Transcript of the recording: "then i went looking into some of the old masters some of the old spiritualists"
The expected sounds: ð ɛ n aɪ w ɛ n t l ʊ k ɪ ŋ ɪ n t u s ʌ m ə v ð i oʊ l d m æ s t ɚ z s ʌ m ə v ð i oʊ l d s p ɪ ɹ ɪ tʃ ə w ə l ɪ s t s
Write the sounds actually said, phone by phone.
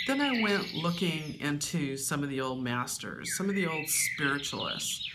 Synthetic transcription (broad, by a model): ð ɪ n aɪ w ɛ n t l ʊ k ɪ ŋ ɪ n t u s ʌ m ə v ð i oʊ l d m æ s t ɚ z s ʌ m ə v ð i oʊ l d s p ɪ ɹ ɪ tʃ l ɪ s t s